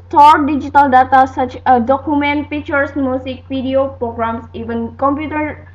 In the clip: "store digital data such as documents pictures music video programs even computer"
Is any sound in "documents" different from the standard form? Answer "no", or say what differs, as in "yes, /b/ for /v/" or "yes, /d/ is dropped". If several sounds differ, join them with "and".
yes, /s/ is dropped